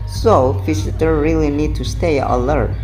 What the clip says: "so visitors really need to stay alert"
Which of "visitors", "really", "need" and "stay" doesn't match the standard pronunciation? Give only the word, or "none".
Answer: visitors